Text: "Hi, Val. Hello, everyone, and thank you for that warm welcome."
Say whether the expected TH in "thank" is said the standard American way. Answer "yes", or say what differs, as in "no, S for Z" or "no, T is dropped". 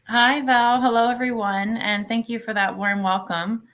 yes